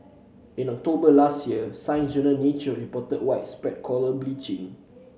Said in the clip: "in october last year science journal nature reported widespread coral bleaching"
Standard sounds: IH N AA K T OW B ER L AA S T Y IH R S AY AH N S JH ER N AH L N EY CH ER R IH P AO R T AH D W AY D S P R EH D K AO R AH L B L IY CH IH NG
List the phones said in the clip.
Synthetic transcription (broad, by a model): IH N AA K T OW B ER L AA S T Y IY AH S AY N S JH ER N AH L N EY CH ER R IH P AO T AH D W AY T S P R EH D K AO L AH B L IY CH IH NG